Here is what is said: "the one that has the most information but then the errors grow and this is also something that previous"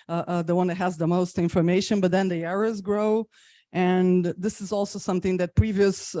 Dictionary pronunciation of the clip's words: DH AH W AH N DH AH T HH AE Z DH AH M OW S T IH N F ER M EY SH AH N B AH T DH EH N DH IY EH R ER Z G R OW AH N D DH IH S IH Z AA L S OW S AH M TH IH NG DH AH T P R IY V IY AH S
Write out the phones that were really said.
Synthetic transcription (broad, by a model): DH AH W AH N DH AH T HH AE Z DH AH M OW S T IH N F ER M EY SH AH N B AH T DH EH N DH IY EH R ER Z G R OW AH N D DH IH S IH Z AA L S OW S AH M TH IH NG DH AH T P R IY V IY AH S